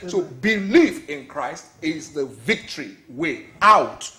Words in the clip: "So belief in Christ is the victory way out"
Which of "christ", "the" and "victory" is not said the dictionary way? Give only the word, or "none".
none